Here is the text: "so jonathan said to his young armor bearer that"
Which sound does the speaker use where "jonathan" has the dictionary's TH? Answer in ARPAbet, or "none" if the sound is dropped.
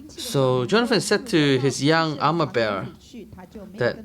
F